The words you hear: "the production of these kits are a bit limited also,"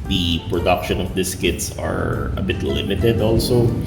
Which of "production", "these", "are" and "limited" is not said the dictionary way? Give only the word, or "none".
these